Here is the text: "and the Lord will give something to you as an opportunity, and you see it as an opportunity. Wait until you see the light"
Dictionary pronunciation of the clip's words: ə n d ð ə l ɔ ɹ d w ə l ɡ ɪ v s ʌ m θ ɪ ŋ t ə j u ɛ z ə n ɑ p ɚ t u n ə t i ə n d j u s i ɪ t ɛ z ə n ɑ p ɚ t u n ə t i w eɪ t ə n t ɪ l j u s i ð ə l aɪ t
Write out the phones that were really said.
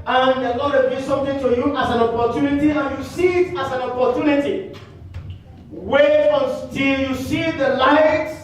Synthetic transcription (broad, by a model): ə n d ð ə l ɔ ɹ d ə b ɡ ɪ s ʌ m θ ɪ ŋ t ə j u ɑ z ə n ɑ p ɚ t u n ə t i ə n j u s i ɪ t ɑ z ə n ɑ p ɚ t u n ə t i w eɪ ə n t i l j u s i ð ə l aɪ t